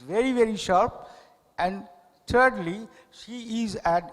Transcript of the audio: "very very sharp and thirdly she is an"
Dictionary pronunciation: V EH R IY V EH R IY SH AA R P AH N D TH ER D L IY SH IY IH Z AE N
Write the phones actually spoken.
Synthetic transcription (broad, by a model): V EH R IY V EH R IY SH AA R P AH N D T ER D L IY SH IY IH Z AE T